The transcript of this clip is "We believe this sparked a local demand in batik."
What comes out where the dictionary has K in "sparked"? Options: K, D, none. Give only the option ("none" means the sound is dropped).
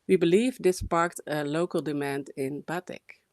K